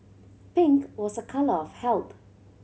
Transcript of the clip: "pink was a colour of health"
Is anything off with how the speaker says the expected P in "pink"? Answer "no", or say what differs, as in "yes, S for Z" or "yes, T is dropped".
no